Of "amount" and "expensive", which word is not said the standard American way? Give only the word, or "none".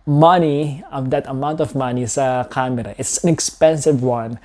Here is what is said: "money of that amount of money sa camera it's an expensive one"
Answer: none